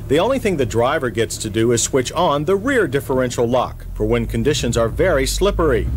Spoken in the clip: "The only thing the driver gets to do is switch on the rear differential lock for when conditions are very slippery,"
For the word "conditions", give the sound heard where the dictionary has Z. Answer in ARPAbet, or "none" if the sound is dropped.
Z